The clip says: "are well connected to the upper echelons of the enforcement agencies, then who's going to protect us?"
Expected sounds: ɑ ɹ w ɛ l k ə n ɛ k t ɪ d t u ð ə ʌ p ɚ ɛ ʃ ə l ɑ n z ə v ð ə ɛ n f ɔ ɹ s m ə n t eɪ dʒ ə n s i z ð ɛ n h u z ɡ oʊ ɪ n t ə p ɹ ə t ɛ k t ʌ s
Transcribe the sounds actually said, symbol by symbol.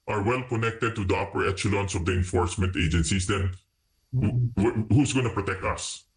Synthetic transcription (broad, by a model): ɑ ɹ w ɛ l k ə n ɛ k t ɪ d t u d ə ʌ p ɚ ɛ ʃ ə l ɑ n s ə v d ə ɛ n f ɔ ɹ s m ə n t eɪ dʒ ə n s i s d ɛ n h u s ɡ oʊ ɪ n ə p ɹ ə t ɛ k t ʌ s